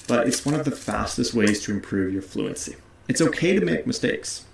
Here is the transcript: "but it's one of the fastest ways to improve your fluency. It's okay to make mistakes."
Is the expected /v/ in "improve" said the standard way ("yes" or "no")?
yes